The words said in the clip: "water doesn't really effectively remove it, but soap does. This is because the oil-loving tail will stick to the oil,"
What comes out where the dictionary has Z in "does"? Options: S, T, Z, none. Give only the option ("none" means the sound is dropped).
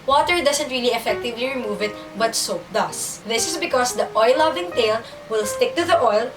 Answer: S